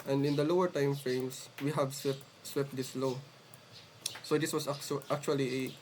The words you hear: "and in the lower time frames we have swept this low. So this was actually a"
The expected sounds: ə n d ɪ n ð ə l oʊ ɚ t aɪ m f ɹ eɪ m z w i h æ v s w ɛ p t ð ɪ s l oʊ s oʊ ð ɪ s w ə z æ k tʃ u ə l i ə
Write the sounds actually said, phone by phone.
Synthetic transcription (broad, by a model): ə n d ɪ n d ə l oʊ ɚ t aɪ m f ɹ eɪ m s w i h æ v s w ɛ p t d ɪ s l oʊ s oʊ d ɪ s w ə s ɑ k tʃ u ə l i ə